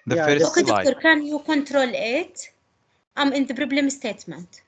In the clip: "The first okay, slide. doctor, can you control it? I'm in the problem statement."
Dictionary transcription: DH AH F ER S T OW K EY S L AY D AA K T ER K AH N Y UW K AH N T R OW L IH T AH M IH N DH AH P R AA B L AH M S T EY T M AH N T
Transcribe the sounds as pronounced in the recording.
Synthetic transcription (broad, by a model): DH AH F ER OW K EY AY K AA T K AH N Y UW K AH N T R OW L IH T AH M IH N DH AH B R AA B L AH M S T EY T M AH N T